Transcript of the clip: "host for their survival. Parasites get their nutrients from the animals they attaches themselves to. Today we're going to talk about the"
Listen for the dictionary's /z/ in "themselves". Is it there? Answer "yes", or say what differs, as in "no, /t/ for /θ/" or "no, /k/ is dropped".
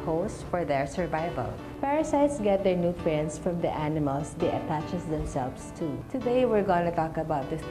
no, /s/ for /z/